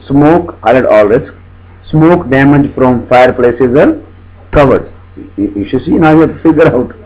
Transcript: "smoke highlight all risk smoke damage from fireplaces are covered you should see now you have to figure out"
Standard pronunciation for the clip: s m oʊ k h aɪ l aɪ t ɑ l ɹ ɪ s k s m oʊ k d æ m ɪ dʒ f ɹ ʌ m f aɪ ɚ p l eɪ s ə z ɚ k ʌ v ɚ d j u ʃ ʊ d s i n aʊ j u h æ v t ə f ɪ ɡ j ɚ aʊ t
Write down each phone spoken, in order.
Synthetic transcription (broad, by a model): s m oʊ k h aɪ ʌ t ɑ l ɹ ɪ s k s m oʊ k d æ m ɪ dʒ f ɹ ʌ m f aɪ ɚ p l eɪ s ə z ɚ k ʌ v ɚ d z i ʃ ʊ s i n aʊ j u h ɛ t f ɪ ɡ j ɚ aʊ t